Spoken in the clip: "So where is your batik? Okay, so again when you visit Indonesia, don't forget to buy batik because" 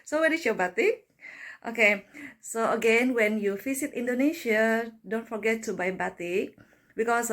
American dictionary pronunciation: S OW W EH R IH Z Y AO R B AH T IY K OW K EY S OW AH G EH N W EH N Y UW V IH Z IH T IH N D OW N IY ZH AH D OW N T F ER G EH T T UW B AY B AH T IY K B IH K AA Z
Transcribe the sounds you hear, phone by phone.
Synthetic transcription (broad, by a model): S OW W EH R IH S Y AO B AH T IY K OW K EY S OW AH G EH N W EH N Y UW F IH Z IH T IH N D OW N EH SH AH D OW N T F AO G EH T T UW B AY B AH T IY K B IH K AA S